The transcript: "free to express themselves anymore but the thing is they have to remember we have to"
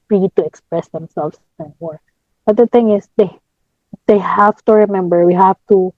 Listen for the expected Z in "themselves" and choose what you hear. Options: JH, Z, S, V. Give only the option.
S